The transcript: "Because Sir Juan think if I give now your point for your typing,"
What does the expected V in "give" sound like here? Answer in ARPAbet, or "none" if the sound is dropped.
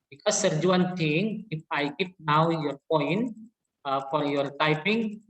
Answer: P